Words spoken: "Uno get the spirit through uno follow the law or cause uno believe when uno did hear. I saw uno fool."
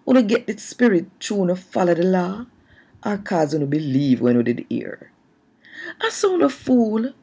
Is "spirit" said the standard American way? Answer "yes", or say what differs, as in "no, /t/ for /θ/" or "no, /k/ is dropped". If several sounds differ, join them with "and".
yes